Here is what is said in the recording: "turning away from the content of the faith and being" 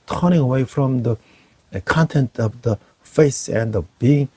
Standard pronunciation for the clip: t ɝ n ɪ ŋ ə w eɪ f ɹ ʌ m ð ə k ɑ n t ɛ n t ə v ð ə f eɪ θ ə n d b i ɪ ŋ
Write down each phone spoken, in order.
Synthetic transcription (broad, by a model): t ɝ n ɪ ŋ ə w eɪ f ɹ ʌ m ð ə k ɑ n t ɛ n t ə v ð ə f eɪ s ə n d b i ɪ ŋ